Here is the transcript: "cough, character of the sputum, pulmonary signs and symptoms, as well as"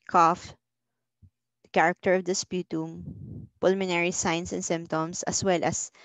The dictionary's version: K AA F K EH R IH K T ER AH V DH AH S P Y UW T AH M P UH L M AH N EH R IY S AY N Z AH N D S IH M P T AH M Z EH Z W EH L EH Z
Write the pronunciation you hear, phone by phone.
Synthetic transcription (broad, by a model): K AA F K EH R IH K T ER AH V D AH S P Y UW T AH M P UH L M AH N EH R IY S AY N S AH N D S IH M P T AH M S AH S W EH L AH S